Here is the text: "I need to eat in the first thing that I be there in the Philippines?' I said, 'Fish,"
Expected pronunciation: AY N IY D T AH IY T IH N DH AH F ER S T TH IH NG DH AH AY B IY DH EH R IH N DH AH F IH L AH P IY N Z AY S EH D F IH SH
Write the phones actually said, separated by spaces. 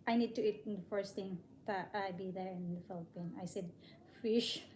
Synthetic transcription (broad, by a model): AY N IY D T AH IY T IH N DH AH F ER S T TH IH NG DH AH AY B IY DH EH R IH N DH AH F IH L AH P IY N AY S EH D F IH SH